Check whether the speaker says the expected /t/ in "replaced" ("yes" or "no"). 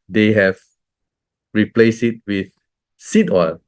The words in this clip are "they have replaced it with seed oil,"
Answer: no